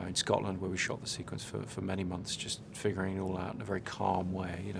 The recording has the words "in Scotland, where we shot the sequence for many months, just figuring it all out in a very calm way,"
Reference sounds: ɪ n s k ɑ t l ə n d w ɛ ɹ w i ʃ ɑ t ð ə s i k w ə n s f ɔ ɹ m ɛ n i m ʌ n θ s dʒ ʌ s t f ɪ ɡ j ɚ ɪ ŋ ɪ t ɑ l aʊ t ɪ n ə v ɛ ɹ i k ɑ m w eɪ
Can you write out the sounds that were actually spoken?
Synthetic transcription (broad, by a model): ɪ n s k ɑ t l ə n d w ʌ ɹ w i ʃ ɑ t ð ə s i k w ə n s f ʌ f m ɛ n i m ʌ n θ s dʒ ʌ s t f ɪ ɡ j ɚ ɪ ŋ ɪ t ɑ l aʊ t ɪ n ə v ɛ ɹ i k ɑ m w eɪ